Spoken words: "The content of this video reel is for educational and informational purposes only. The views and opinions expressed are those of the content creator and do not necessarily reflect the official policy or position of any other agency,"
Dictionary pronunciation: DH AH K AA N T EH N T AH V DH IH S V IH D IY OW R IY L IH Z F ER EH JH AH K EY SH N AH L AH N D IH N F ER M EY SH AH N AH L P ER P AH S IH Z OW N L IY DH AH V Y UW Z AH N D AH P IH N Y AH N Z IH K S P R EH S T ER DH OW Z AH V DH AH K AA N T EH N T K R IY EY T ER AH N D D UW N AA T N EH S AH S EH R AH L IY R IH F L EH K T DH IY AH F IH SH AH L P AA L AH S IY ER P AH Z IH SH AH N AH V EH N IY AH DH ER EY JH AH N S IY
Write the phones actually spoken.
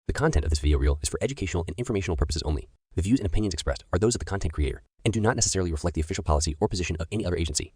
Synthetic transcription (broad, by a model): DH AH K AA N T EH N T AH V DH IH S V IH D IY OW R IY L IH Z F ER EH JH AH K EY SH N L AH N IH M F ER M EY SH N L P ER P AH S IH Z OW N L IY DH AH V Y UW Z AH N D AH P IH N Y N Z IH K S P R EH S T ER DH OW Z AH V DH AH K AA N T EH N K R IY EY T ER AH N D D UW N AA T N EH S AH S EH R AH L IY R IH F L EH K T DH IY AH F IH SH L P AA L AH S IY ER P AH Z IH SH AH N AH V EH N IY AH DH ER EY JH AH N S IY